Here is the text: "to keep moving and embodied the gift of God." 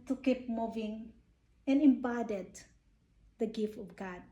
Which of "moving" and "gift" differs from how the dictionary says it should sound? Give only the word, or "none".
none